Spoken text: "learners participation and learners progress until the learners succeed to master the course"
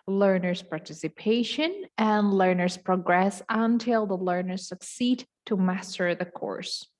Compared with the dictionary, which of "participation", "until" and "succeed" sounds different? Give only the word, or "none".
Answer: none